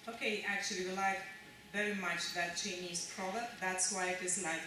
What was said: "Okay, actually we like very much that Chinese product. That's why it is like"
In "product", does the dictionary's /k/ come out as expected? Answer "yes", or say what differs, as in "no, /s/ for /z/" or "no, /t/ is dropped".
no, /k/ is dropped